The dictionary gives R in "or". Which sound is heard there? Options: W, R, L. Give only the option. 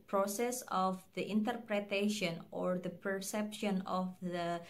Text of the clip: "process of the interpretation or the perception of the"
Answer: R